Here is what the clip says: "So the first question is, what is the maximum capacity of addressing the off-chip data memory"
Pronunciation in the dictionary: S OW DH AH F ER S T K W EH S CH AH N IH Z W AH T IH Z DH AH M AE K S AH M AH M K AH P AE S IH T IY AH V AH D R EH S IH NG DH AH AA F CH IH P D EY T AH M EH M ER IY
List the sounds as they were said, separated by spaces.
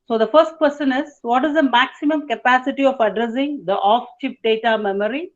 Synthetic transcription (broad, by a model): S OW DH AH F ER S T K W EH S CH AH N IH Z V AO T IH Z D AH M AE K S AH M AH M K AH P AE S IH T IY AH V AH D R EH S IH NG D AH AA F CH IH P D EY T AH M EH M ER IY